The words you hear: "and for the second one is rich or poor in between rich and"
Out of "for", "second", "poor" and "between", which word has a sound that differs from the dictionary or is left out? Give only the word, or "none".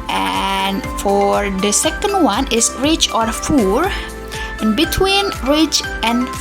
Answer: poor